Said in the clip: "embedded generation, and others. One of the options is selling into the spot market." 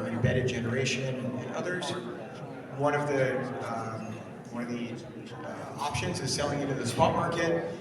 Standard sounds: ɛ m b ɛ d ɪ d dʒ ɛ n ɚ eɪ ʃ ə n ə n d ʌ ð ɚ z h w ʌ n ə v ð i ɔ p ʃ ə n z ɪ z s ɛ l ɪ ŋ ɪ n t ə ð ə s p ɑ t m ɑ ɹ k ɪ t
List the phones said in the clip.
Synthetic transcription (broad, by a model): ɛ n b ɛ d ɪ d dʒ ɛ n ɚ eɪ ʃ ə n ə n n ʌ ð ɚ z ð w ʌ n ə v ð i ɔ p ʃ ə n z ɪ z s ɛ l ɪ ŋ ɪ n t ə ð ə s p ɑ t m ɑ ɹ k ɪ t